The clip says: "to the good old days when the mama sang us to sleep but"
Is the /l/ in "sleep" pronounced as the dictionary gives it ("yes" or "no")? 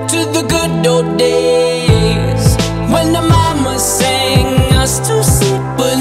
no